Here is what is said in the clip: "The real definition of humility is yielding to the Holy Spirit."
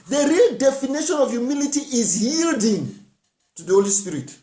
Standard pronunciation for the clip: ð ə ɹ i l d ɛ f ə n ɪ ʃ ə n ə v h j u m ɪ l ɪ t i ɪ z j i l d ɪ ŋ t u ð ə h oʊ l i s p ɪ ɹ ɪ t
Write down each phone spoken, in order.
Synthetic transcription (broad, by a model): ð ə ɹ i l d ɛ f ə n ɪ ʃ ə n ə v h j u m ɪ l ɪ t i ɪ z j i l d ɪ ŋ t u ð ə h oʊ l i s p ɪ ɹ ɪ t